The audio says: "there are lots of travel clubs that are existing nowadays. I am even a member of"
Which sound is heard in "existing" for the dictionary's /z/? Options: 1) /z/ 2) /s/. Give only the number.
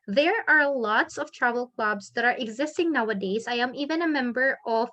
1